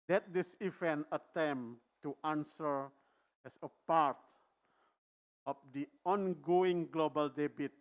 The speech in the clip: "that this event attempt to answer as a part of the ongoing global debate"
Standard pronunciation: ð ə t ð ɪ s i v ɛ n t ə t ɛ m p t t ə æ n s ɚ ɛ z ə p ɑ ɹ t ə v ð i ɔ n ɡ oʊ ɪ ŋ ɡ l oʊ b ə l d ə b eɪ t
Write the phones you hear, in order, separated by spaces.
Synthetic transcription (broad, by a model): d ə t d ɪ s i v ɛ n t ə t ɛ m t t ə n s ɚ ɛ s ə p ɑ ɹ t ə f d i ɔ n ɡ oʊ ɪ ŋ ɡ l oʊ b ə l d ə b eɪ t